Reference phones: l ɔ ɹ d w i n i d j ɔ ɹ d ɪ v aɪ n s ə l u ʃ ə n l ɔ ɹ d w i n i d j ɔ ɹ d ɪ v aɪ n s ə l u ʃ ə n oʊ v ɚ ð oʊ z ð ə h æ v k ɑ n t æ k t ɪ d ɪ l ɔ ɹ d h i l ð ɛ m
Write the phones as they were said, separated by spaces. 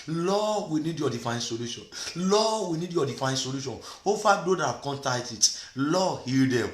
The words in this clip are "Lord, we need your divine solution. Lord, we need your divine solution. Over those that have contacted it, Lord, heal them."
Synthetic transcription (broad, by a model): l ɔ w i n i d j ɔ d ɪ f aɪ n s ə l u ʃ ə n l ɔ w i n i d j ɔ d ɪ f aɪ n s ə l u ʃ ə n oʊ f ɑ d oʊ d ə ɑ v k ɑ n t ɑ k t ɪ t l ɔ h i l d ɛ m